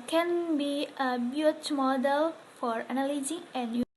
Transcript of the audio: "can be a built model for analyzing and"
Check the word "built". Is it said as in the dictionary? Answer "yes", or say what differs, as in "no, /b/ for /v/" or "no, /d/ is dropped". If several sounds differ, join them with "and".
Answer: no, /l/ is dropped